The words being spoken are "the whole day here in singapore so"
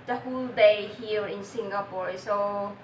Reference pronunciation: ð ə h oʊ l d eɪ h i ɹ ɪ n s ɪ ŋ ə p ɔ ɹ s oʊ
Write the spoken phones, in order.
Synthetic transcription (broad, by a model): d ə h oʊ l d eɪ h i l ɪ n s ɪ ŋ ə p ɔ ɹ s oʊ